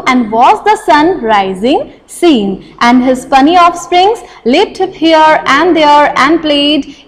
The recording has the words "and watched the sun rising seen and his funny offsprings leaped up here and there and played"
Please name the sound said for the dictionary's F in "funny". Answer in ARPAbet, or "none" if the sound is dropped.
P